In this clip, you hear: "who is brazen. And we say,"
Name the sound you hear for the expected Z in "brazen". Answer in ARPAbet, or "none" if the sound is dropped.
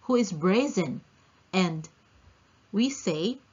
Z